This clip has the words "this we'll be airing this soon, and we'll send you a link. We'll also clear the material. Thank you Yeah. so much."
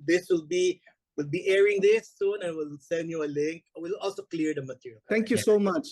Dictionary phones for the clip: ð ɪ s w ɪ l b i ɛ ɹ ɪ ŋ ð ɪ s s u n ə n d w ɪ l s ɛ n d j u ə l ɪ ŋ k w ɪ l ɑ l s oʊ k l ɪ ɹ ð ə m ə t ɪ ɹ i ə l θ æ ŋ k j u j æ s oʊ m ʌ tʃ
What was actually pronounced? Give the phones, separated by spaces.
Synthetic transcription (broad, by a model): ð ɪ s w ɪ l b i ɛ ɹ ɪ ŋ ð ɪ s s u n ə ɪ w ɪ l s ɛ n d j u ə l ɪ ŋ k w ɪ l ɑ l s oʊ k l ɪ ɹ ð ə m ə t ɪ ɹ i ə l t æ ŋ k j u s oʊ m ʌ tʃ